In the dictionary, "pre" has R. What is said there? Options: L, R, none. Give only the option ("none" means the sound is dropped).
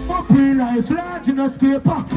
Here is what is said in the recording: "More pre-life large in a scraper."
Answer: none